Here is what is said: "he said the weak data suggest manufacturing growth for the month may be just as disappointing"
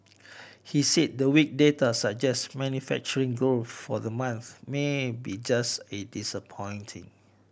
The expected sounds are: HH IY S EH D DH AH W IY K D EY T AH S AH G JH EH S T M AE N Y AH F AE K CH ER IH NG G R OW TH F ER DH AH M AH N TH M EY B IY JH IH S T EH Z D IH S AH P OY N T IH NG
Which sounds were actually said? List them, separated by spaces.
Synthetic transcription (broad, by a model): HH IY S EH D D AH W IY K D EY T AH S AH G JH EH S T M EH N Y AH F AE K CH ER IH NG G OW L F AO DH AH M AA N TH M EY B IY JH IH S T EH D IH S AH P OY N T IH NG